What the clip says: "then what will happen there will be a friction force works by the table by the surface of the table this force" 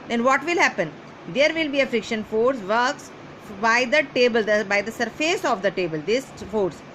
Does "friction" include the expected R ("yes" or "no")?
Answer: yes